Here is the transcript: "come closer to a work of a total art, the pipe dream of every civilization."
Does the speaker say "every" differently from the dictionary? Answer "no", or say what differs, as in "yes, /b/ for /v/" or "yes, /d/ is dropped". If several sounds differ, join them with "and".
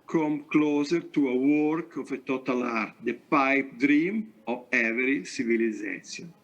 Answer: yes, /v/ is dropped